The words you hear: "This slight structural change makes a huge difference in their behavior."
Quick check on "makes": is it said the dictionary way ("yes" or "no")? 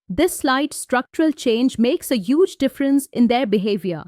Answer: yes